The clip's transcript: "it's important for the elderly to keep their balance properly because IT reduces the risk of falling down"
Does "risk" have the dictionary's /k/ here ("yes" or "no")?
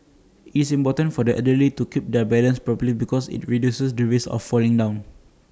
no